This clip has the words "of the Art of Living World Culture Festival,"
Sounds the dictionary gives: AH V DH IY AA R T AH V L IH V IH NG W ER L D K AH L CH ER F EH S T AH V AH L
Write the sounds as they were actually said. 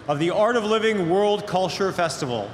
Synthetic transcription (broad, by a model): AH V DH IY AA R T AH V L IH V IH NG W ER L D K AH L CH ER F EH S T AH V L